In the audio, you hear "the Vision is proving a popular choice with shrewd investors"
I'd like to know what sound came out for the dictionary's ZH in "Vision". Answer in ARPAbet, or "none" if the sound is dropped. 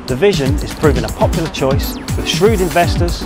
ZH